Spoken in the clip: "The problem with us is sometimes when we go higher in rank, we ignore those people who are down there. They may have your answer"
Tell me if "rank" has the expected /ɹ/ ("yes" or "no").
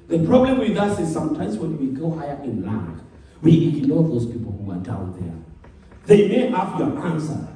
no